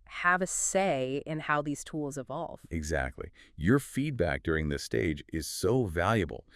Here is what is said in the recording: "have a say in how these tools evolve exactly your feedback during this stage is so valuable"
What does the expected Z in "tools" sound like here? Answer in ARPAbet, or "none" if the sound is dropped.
Z